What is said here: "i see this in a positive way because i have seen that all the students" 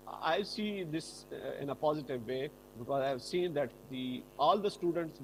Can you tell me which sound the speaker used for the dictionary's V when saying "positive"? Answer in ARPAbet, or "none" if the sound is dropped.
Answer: V